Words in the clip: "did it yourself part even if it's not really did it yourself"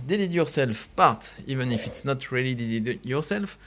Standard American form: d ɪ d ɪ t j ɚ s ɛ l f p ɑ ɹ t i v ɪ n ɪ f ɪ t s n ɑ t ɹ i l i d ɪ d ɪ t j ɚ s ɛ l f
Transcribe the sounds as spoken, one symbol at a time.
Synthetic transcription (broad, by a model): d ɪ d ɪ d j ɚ s ɛ l f p ɑ ɹ t i v ɪ n ɪ f ɪ t s n ɑ t ɹ i l i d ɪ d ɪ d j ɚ s ɛ l f